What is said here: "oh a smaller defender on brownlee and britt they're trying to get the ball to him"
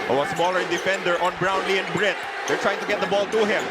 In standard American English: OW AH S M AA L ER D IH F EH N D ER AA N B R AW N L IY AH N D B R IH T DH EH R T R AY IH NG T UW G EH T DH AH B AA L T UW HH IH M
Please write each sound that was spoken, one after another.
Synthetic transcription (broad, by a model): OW AH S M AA L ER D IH F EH N D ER AA N B R AW N L IY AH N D B R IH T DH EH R T R AY IH NG T UW G EH T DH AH B AA L T UW HH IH M